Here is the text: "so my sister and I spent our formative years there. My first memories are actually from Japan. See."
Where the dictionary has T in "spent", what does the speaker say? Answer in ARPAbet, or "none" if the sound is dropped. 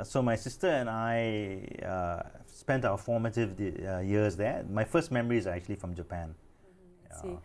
T